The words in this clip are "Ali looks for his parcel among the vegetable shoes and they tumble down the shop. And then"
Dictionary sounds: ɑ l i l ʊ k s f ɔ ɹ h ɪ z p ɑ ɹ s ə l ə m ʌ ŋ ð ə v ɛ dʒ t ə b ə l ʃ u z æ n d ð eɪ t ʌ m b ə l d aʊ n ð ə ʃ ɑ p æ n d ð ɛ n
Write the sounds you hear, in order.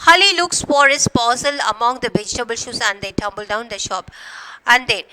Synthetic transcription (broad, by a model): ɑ l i l ʊ k s f ɔ ɹ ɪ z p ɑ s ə l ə m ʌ ŋ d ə v ɛ dʒ t ə b ə l ʃ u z æ n d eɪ t ʌ m b ə l d aʊ n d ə ʃ ɑ p æ n d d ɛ n